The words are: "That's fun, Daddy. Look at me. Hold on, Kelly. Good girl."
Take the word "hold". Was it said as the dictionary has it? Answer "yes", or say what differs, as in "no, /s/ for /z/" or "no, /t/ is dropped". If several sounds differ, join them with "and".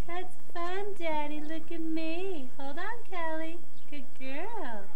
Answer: yes